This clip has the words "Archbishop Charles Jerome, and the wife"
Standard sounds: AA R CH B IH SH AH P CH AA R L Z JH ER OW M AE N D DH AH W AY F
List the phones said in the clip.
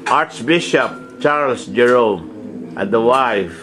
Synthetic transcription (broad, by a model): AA R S B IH SH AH P CH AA R L S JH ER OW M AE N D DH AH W AY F